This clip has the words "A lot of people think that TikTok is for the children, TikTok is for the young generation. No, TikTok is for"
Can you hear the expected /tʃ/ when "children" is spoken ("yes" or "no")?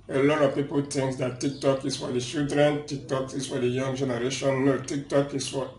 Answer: no